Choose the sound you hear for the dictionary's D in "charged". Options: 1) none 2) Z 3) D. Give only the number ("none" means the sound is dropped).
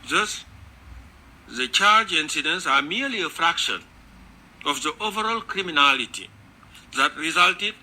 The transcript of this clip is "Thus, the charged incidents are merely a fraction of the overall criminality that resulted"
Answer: 1